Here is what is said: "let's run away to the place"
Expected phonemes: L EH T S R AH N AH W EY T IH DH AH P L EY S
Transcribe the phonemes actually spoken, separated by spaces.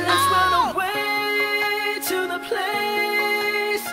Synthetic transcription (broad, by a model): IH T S W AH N AH W EY T IH DH AH P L EY S